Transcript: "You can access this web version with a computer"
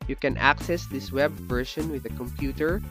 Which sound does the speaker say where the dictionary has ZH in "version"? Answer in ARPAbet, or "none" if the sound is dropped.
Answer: SH